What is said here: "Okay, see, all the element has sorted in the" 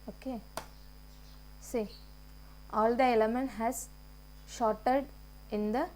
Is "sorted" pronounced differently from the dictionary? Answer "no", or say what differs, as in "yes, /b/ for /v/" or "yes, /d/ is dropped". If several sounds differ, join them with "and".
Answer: yes, /ʃ/ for /s/